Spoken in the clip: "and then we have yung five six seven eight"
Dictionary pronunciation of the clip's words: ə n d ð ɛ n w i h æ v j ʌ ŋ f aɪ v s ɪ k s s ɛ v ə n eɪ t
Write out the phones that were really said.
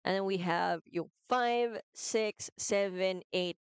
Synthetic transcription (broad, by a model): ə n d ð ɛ n w i h æ v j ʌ f aɪ v s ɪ k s s ɛ v ə n eɪ t